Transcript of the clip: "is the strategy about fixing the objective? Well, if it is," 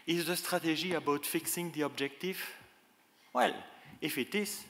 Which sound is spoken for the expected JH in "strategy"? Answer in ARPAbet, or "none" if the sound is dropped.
ZH